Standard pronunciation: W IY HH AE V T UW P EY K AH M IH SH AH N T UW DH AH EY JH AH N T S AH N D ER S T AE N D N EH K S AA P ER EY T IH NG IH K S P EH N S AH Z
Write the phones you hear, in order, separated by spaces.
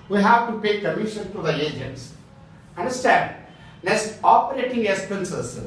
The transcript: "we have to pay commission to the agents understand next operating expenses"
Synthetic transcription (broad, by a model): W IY HH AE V T UW P EY K AH M IH SH AH N T UW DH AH EY JH AH N T S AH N D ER S T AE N D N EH S AA P ER EY T IH NG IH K S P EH N S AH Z